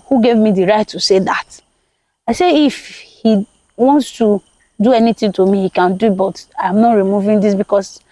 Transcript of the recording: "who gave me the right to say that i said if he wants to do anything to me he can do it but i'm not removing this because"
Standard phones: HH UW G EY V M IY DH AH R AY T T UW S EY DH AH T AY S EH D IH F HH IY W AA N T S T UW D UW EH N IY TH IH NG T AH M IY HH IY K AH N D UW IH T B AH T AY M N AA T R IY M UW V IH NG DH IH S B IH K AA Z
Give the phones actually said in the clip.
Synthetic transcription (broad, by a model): HH UW G EY V M IY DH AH R AY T T UW S EY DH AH T AY S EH IH F HH IY W AA N T S T UW D UW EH N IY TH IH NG T AH M IY HH IY K AH N D UW IH T B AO T AY M N AA T R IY M UW V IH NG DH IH S B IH K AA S